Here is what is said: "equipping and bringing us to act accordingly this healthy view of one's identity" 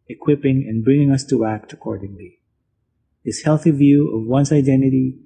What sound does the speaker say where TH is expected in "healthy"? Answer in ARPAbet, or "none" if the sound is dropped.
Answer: TH